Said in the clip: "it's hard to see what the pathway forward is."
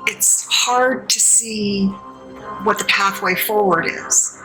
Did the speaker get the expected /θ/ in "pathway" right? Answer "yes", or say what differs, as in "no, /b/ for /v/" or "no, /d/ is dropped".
yes